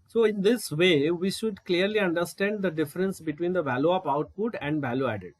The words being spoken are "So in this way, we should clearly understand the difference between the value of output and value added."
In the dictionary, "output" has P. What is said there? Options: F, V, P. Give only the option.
P